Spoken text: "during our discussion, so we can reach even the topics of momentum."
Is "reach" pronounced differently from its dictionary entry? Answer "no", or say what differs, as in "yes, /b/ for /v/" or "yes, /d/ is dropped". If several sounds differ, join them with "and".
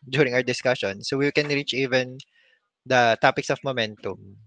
no